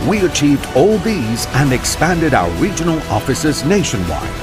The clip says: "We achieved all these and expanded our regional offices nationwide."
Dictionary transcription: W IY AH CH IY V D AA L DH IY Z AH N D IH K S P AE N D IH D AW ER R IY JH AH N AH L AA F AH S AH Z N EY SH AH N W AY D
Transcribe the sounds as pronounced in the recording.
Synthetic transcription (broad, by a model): W IY AH CH IY V D AA L DH IY Z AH N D IH K S P AE N D IH D AW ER R IY JH AH N AH L AA F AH S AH Z N EY SH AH N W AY